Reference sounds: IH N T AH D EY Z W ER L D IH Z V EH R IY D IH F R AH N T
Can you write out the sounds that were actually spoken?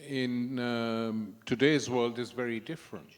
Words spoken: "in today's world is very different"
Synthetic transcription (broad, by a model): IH N T AH D EY Z W ER L D IH Z V EH R IY D IH F R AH N T